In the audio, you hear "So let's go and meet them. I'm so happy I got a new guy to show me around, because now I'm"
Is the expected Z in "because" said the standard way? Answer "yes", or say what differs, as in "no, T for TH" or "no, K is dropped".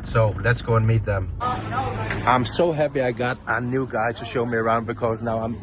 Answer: yes